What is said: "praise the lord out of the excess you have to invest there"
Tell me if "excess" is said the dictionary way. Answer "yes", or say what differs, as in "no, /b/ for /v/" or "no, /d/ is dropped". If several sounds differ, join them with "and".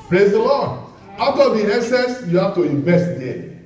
no, /k/ is dropped